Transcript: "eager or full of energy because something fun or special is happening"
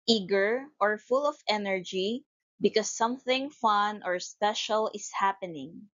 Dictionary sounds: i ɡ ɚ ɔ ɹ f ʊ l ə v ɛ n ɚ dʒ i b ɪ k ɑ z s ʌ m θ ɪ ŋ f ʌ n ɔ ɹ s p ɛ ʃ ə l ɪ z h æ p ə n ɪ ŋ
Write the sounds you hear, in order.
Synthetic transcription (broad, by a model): i ɡ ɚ ɔ ɹ f ʊ l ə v ɛ n ɚ dʒ i b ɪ k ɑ s ʌ m θ ɪ ŋ f ʌ n ɔ ɹ s p ɛ ʃ ə l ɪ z h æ p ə n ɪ ŋ